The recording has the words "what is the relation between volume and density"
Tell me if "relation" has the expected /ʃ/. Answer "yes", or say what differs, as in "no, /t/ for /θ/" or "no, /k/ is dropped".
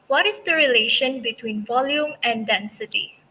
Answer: yes